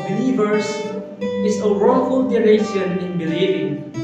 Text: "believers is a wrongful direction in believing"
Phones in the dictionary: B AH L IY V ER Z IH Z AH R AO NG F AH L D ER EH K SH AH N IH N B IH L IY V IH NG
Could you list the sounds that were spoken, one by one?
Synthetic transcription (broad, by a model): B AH L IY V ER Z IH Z AH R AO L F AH L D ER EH SH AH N IH N B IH L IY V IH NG